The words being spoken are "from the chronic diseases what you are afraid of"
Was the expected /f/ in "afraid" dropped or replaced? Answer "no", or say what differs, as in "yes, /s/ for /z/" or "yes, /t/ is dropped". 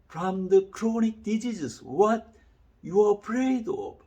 yes, /p/ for /f/